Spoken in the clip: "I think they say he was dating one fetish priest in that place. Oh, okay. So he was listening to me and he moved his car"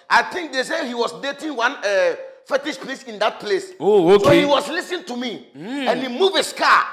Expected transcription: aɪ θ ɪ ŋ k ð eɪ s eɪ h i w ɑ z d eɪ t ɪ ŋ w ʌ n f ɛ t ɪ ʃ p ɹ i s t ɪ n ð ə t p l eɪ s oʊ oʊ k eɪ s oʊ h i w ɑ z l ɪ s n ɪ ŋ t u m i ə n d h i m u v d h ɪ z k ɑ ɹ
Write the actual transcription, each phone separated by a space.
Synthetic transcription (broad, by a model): aɪ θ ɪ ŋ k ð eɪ s eɪ h i w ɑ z d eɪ t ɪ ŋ w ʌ n f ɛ t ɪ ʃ p l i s ɪ n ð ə t p l eɪ s oʊ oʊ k s oʊ h i w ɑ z l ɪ s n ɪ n t u m i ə n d h i m u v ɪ s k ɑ